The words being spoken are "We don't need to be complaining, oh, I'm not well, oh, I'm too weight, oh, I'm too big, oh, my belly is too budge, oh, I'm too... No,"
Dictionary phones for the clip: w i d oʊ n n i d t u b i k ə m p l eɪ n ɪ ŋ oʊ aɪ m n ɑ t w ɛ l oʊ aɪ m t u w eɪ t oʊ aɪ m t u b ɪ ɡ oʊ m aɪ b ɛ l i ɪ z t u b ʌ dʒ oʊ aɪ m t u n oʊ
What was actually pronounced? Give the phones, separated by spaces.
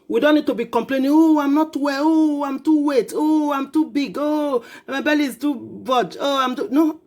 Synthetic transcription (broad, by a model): w i d oʊ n n i d t u b i k ə m p l eɪ n ɪ ŋ oʊ aɪ m n ɑ t w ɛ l oʊ aɪ m t u w eɪ t oʊ aɪ m t u b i ɡ oʊ m aɪ b ɛ l i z t u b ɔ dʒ oʊ aɪ m t u n oʊ